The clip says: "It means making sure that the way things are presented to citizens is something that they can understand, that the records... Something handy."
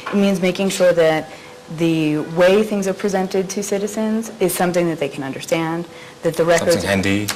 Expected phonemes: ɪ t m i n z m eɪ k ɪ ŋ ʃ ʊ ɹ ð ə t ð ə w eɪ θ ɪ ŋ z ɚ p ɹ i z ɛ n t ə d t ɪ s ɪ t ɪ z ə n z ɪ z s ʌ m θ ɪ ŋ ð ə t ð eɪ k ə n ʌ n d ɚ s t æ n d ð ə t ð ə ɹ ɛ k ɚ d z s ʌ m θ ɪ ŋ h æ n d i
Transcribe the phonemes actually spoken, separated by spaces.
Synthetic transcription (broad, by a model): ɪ t m i n z m eɪ k ɪ ŋ ʃ ʊ ɹ ð ə t ð ə w eɪ θ ɪ ŋ z ɚ p ɹ i z ɛ n t ə d t ɪ s ɪ t ɪ z ə n z ɪ z s ʌ m θ ɪ ŋ ð ə t ð eɪ k ə n ʌ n d ɚ s t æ n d ð ə t ð ə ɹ ɛ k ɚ ʌ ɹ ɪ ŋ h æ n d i